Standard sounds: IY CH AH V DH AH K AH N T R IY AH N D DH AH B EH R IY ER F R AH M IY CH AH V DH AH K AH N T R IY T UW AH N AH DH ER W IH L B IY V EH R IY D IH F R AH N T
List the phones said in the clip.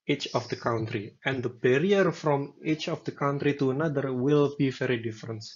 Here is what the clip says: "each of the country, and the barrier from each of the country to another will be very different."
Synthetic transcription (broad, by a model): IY CH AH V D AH K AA N T R IY AH N D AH B EH R IY ER F R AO M IY CH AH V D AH K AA N T R IY T UW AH N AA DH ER W IH L B IY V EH R IY D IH F R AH N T